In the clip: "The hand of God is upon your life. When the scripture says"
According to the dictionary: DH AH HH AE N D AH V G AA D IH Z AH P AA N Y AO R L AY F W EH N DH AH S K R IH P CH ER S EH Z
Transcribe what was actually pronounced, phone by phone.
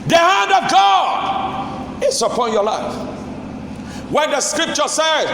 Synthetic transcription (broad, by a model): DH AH HH AE N D AH V G AA D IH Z AH P AA N Y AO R L AY F W EH N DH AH S K R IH P CH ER S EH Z